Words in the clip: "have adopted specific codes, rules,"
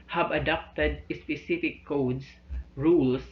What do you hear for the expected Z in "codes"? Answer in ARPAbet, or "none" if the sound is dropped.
S